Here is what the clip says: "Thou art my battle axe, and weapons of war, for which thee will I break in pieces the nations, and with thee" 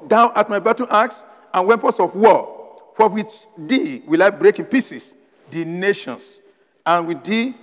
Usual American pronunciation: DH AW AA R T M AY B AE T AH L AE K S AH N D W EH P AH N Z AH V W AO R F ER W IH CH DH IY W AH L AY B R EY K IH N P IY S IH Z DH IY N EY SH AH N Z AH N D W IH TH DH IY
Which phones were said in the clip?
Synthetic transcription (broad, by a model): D AW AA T M AY B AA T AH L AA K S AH N W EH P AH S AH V W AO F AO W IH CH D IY W AH L AY B R EY K IH N P IY S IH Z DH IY N EY SH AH N S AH N W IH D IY